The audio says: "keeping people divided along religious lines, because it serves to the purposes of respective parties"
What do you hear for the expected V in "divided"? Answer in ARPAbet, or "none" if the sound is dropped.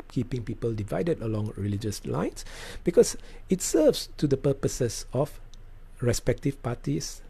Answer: V